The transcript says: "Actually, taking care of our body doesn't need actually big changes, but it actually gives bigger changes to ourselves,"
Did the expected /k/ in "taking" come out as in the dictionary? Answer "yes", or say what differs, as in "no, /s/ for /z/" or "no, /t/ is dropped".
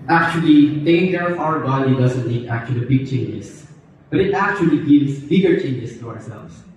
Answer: no, /k/ is dropped